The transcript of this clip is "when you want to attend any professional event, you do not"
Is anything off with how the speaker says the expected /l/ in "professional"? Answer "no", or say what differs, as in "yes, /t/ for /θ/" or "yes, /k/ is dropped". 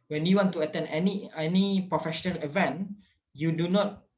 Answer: no